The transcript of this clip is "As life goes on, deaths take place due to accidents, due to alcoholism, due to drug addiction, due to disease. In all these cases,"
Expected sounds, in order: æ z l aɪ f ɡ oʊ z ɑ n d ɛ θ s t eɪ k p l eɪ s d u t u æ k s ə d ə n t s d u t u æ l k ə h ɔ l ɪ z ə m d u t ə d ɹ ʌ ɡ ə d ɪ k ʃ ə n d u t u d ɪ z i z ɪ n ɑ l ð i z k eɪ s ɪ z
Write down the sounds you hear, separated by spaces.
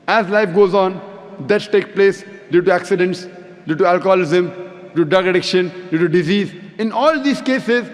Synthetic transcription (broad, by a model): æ z l aɪ f ɡ oʊ z ɑ n d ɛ t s t eɪ k p l eɪ s d u t u æ k s ə d ə n t s d u t u æ l k ə h ɔ l ɪ z ə m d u d ʌ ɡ ə d ɪ k ʃ ə n d u t u d ɪ z i z ɪ n ɑ l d i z k eɪ s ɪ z